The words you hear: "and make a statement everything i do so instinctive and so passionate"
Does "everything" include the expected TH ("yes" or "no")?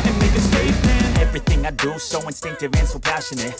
yes